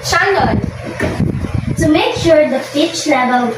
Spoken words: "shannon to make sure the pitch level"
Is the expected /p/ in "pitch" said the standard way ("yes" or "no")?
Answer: no